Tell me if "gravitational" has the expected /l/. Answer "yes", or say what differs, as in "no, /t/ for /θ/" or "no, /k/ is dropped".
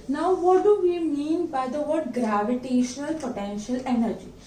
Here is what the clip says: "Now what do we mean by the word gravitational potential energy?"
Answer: yes